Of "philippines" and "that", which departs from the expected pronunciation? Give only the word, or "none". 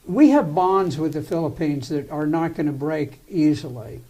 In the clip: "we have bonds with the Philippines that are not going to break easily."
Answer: none